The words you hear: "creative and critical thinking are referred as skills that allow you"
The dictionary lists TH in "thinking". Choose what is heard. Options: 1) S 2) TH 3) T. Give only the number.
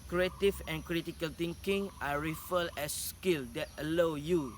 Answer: 3